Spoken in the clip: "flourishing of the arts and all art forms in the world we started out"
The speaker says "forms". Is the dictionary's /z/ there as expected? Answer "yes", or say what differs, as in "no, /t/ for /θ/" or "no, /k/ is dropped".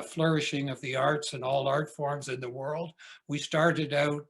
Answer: yes